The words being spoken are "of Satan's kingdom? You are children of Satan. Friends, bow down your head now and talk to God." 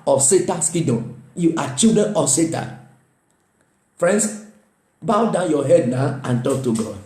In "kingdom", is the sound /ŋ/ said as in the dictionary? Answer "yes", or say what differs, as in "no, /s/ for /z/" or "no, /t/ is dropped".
no, /ŋ/ is dropped